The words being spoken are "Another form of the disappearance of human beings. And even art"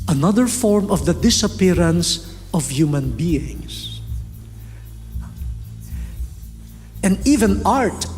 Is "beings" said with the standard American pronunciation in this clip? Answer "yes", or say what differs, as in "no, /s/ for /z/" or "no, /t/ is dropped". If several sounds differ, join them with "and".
no, /s/ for /z/